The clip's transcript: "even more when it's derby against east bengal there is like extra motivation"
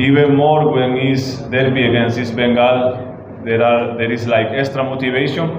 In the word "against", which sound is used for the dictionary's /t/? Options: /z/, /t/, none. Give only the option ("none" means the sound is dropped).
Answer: none